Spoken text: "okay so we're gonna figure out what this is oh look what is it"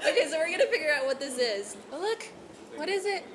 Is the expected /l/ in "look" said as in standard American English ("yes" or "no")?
yes